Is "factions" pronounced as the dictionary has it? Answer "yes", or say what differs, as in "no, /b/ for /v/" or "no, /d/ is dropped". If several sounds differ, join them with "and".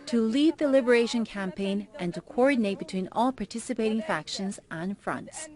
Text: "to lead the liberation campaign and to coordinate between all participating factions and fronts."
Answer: yes